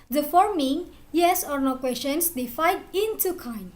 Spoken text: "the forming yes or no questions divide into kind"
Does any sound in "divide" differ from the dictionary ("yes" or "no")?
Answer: yes